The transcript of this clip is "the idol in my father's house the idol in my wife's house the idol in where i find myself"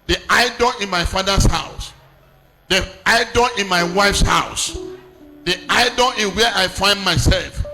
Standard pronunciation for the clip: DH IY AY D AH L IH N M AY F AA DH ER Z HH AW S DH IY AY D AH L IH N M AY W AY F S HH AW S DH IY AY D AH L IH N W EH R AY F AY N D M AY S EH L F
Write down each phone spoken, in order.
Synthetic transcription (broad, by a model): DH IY AY D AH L IH N M AY F AA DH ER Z HH AW S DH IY AY D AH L IH N M AY W AY F S HH AW S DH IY AY D AH L IH N W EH AY F AY N D M AY S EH L F